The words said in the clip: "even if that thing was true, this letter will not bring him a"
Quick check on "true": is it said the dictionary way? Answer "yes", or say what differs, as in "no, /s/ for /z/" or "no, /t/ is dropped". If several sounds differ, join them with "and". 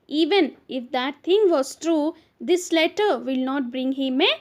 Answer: yes